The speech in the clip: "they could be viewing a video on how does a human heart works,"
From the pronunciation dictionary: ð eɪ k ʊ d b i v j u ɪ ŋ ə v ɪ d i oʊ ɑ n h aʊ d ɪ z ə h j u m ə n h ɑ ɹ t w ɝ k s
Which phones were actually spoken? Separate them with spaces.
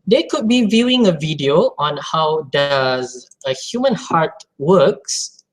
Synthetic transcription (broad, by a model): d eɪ k ʊ d b i v j u ɪ ŋ ə v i d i oʊ ɑ n h aʊ d ɪ z ə h j u m ə n h ɑ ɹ t w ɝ k s